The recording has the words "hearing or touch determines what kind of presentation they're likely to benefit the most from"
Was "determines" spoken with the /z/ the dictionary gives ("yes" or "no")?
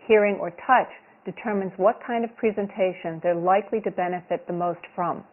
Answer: yes